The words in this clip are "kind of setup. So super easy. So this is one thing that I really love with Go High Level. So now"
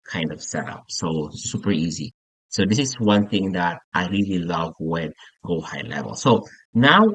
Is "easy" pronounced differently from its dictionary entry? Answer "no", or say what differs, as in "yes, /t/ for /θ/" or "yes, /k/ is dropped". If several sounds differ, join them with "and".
no